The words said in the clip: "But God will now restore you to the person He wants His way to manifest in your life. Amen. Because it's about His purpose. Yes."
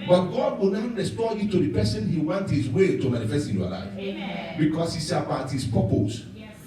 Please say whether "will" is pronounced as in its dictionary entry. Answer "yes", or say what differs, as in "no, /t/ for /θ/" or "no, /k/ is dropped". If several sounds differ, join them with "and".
no, /n/ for /l/